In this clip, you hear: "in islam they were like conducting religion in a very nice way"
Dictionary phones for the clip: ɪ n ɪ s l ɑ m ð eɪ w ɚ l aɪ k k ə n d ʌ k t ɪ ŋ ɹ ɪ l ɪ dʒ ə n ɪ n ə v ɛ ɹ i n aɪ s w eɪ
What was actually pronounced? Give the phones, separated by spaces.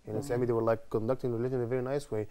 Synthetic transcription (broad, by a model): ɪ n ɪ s ɛ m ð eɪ w ɚ l aɪ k k ə n d ʌ k t ɪ ŋ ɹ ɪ l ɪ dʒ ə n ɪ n ə v ɛ ɹ i n aɪ s w eɪ